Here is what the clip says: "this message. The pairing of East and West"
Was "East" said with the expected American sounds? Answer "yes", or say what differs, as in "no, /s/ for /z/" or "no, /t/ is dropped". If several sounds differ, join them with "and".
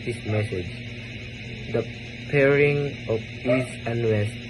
no, /t/ is dropped